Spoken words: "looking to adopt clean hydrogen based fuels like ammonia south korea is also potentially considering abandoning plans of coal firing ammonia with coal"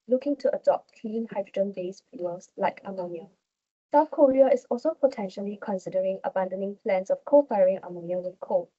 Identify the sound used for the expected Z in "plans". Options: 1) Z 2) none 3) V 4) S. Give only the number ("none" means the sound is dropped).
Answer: 4